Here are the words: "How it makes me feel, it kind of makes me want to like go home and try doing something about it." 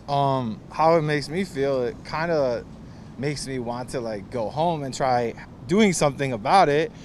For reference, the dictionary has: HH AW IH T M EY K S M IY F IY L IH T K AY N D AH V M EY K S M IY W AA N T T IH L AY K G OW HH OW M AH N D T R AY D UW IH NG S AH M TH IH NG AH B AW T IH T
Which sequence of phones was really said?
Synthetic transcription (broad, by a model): HH AW IH T M EY K S M IY F IY L IH T K AY N D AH M EY K S M IY W AA N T T IH L AY K G OW HH OW M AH N T R AY D UW IH NG S AH M TH IH NG AH B AW T IH T